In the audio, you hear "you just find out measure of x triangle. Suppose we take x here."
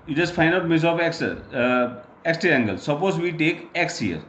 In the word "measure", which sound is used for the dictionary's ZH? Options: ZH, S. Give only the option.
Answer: S